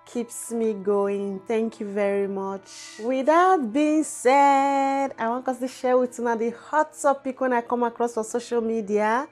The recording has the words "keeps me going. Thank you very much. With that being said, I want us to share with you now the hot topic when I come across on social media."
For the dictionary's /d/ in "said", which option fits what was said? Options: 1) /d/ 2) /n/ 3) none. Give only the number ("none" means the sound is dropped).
1